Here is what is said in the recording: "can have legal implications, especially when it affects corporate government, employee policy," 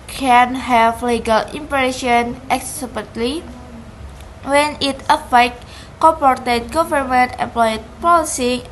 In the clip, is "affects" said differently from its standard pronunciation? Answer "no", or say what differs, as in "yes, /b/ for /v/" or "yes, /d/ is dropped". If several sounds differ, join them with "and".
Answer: yes, /s/ is dropped